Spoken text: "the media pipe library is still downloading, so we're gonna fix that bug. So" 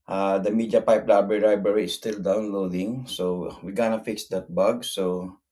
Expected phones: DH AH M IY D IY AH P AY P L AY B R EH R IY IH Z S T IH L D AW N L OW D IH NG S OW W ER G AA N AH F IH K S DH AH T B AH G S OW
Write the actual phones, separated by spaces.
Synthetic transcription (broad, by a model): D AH M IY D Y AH P AY P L AY B R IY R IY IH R S T IH L D AW N L OW D IH NG S OW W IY G AA N AH F IH K S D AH T B AH G S OW